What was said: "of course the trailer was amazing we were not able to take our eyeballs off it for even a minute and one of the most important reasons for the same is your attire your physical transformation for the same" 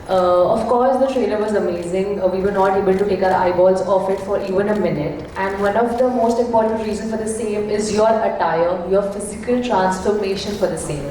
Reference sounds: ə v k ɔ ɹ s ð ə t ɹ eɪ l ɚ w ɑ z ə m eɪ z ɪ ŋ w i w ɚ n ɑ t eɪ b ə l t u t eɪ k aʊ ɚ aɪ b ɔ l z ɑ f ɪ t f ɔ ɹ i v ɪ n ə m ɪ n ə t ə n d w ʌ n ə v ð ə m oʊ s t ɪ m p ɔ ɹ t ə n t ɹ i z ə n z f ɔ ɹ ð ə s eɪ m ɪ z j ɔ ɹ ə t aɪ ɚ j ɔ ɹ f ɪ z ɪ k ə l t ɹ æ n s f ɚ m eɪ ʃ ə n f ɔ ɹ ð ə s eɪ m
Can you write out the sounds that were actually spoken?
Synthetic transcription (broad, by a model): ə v k ɔ ɹ s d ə t ɹ eɪ l ɚ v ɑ z ə m eɪ z ɪ ŋ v i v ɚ n ɑ t eɪ b ə l t u t eɪ k aʊ ɚ aɪ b ɔ l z ɑ f ɪ t f ɔ ɹ i v ɪ n ə m ɪ n ə t ə n d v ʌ n ə v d ə m oʊ s t ɪ m p ɔ ɹ t ə n t ɹ i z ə n f ɔ ɹ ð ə s eɪ m ɪ z j ɔ ɹ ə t aɪ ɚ j ɔ ɹ f ɪ z ɪ k ə l t ɹ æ n s f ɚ m eɪ ʃ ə n f ɔ ɹ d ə s eɪ m